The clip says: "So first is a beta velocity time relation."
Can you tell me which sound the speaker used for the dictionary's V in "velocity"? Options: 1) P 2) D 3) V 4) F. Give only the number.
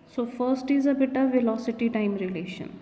3